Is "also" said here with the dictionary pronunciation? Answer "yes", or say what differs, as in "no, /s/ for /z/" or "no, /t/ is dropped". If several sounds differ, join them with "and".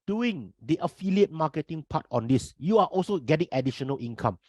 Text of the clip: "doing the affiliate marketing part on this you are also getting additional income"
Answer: yes